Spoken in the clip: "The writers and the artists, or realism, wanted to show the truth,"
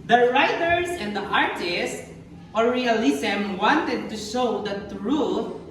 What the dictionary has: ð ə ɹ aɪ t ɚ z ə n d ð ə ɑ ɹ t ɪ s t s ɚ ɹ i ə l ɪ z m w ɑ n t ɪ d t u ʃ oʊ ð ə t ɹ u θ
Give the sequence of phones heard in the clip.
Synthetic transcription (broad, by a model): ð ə ɹ aɪ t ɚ s ə n d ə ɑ ɹ t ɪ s s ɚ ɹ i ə l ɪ s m w ɑ n t ɪ d t u ʃ oʊ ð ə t ɹ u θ